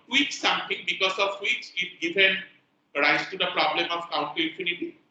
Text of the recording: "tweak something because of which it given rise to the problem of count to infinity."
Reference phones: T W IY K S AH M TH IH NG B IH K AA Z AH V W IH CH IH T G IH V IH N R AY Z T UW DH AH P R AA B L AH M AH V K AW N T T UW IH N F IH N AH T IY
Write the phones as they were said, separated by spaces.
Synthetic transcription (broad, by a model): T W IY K S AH M T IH NG B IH K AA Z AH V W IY S IH T G IH V IH N R AY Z T UW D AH P R AA B L AH M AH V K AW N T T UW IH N F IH N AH T IY